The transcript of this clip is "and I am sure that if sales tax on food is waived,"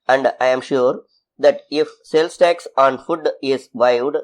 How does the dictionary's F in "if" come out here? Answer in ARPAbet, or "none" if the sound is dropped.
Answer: F